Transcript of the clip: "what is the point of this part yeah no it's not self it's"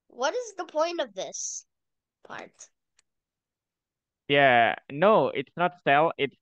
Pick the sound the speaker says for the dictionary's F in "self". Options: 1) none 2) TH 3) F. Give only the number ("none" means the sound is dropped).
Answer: 1